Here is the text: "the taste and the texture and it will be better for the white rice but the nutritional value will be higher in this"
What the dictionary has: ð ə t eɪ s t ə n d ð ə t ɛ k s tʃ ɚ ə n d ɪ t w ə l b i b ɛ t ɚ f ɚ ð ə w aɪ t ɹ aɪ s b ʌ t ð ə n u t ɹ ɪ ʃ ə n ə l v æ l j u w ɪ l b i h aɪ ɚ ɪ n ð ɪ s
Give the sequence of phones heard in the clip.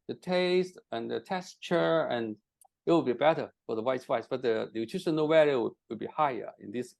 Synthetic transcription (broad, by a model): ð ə t eɪ s t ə n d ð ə t ɛ s tʃ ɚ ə n ɪ t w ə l b i b ɛ t ɚ f ɚ ð ə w aɪ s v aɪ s b ʌ t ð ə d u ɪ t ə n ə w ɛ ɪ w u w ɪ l b i h aɪ ɚ ɪ n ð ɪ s